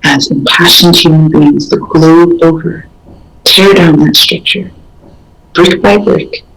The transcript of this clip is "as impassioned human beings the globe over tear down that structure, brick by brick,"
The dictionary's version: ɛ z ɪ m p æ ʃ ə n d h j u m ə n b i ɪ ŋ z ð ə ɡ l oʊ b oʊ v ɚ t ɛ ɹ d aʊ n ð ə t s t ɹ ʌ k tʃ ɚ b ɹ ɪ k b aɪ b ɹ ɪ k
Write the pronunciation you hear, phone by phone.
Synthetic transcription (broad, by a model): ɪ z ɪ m p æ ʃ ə n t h j u m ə n b i ɪ ŋ z ð ə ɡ l oʊ oʊ v ɚ t ɛ ɹ d aʊ n ð ə t s t ɹ ʌ k tʃ ɚ b ɹ ɪ k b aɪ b ɹ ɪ k